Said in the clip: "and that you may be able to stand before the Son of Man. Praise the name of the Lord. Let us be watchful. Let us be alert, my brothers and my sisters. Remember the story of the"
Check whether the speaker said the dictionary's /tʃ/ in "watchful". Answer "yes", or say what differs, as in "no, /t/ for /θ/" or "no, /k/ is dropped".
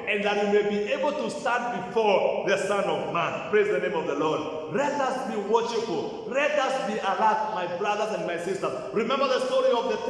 no, /ʃ/ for /tʃ/